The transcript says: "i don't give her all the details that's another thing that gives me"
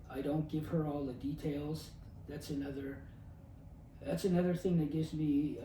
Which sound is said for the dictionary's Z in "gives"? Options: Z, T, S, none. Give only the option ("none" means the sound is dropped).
Z